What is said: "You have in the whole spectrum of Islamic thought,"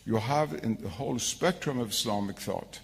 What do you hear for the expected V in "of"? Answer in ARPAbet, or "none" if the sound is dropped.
V